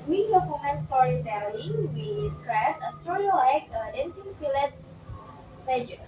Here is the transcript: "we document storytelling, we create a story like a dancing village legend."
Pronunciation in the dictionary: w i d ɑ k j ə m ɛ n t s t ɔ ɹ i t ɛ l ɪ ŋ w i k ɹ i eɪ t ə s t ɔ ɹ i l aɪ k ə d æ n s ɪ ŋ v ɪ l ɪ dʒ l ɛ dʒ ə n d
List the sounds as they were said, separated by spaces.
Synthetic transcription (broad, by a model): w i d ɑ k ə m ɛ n s t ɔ ɹ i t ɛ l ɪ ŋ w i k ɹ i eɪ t ə s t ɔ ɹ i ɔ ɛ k ə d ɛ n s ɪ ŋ f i l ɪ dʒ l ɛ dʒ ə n